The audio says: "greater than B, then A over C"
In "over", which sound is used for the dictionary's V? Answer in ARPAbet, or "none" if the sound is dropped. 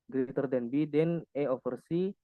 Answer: F